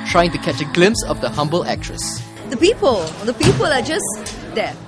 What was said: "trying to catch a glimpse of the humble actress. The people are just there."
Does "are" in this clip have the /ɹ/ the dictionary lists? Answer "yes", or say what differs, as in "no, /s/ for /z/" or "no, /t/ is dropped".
no, /l/ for /ɹ/